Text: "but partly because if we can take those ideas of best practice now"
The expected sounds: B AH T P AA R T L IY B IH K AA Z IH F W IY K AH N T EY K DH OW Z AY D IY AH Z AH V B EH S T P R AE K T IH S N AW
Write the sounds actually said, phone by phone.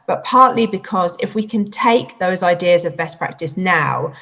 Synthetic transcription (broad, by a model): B AH T P AA T L IY B IH K AA Z IH F W IY K AH N T EY K DH OW Z AY D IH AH Z AH V B EH S P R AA K T IH S N AW